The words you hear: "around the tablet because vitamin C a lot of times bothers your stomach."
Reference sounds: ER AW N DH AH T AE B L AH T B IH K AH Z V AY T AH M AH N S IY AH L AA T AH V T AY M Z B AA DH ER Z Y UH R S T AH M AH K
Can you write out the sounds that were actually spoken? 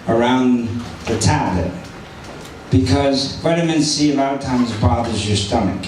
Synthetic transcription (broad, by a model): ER AW N DH AH T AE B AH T B IH K AH Z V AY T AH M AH N S IY AH L AA T AH V T AY M Z B AA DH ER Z Y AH R S T AH M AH K